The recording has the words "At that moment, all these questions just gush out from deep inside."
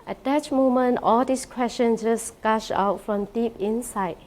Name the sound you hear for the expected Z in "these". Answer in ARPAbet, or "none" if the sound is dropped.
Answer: S